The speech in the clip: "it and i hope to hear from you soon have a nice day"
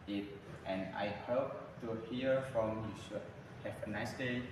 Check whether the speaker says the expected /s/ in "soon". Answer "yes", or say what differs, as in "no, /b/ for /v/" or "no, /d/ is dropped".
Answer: no, /ʃ/ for /s/